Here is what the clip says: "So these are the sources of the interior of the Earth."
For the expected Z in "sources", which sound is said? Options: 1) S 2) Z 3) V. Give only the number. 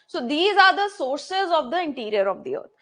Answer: 2